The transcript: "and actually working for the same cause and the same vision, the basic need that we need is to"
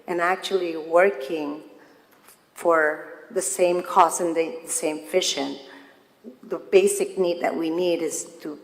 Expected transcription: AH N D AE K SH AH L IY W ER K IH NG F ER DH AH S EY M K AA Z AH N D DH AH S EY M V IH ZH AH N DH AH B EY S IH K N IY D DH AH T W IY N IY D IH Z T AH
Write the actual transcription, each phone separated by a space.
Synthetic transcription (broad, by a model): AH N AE K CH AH L IY W ER K IH NG F ER DH AH S EY M K AA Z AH N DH DH AH S EY M F IH SH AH N DH AH B EY S IH K N IY D DH AH T W IY N IY D IH Z T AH